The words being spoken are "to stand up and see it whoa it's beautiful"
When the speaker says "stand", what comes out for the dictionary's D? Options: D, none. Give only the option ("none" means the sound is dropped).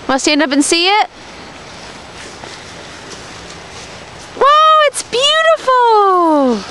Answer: none